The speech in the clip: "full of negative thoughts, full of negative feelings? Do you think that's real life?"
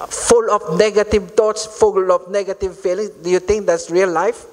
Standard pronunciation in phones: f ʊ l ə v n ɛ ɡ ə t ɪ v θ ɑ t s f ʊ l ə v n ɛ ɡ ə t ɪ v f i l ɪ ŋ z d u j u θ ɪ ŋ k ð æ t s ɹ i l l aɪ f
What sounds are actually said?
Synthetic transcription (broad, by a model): f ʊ l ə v n ɛ ɡ ə t ɪ v t ɑ t s f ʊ l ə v n ɛ ɡ ə t ɪ v f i l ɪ ŋ s d u j u t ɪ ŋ k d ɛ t s ɹ i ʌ l aɪ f